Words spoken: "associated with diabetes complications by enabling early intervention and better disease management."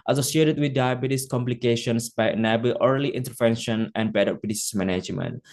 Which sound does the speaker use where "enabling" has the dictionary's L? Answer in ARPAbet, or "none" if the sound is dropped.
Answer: none